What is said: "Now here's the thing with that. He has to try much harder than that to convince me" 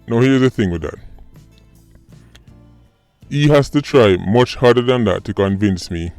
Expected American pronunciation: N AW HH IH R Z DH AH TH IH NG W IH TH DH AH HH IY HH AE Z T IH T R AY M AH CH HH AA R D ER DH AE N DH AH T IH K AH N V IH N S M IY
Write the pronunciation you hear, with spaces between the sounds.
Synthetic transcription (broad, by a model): N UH HH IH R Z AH TH IH NG W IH DH AH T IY HH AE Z T IH T R AY M AH CH HH AA R D ER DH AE N DH AH T IH K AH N V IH N S M IY